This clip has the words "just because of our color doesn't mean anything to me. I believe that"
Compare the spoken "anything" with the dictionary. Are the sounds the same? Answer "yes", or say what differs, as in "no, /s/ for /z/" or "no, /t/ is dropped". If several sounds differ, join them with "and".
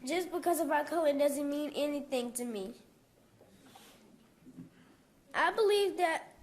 yes